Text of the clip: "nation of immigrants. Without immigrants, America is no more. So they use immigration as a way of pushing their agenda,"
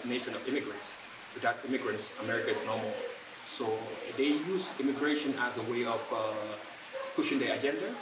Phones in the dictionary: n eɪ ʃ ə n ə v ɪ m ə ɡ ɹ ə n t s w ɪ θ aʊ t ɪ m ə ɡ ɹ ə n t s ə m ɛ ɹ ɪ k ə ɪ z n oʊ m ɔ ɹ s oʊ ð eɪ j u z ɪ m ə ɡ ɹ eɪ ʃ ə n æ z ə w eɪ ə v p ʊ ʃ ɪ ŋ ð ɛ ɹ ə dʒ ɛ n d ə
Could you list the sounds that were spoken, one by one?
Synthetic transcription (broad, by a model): n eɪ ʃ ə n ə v ɪ m ə ɡ ɹ ə n t s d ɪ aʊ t ɪ m ə ɡ ɹ ə n t s ə m ɛ ɹ ɪ k ə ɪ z n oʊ m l s oʊ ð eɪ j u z ɪ m ə ɡ ɹ eɪ ʃ ə n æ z ə w eɪ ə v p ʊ ʃ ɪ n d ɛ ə dʒ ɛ n d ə